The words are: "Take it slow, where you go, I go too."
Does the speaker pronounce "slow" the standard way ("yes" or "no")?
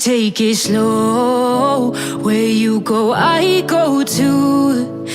yes